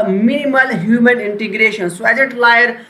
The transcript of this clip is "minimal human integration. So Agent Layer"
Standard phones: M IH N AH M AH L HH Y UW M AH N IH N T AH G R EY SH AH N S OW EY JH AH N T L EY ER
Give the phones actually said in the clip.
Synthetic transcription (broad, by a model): M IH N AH M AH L HH Y UW M AH N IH N T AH G R EY SH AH N S OW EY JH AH T L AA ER